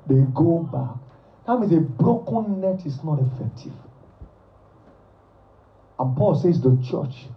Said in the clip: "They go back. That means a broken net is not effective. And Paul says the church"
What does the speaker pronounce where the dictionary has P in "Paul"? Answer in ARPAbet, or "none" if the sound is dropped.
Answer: P